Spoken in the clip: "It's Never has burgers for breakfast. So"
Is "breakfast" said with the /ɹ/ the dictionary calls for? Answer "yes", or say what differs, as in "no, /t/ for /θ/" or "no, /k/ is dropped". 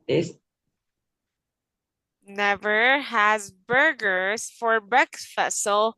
no, /ɹ/ is dropped